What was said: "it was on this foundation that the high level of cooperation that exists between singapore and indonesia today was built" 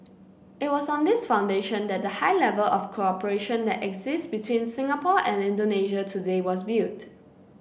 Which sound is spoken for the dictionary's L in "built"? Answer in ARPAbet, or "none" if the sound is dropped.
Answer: none